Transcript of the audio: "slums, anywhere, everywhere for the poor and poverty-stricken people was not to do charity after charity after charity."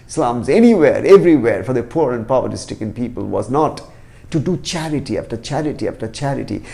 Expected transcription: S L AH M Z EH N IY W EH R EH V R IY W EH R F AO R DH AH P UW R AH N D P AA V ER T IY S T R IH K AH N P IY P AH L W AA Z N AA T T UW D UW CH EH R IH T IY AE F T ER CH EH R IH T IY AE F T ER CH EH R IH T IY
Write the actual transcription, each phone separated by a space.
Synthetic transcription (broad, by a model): S L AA M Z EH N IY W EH R EH V R IY W EH R F AO R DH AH P UW R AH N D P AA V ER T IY S T IH K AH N P IY P AH L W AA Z N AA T T UW D UW CH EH R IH T IY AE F T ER CH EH R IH T IY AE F T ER CH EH R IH T IY